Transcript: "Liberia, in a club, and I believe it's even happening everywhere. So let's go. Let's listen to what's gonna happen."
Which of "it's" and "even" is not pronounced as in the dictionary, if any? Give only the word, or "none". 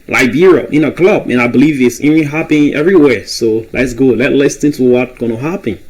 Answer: even